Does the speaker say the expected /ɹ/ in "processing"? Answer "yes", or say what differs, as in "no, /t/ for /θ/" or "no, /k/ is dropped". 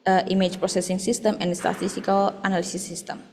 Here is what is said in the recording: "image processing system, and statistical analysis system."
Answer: yes